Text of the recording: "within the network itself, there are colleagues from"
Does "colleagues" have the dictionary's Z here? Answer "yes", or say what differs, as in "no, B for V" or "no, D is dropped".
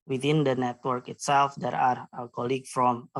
no, Z is dropped